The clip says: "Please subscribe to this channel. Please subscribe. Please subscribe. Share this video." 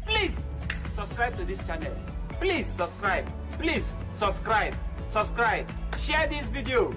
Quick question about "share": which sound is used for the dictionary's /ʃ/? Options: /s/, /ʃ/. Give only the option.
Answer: /s/